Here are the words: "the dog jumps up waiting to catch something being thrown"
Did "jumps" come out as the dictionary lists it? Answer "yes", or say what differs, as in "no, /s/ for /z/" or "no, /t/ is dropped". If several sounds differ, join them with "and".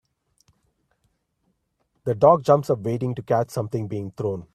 yes